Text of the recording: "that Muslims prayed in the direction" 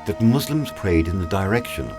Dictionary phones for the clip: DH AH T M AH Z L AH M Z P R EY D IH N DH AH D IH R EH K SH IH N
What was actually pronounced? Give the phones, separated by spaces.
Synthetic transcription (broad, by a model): DH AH T M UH Z L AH M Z P R EY D IH N DH AH D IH R EH K SH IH N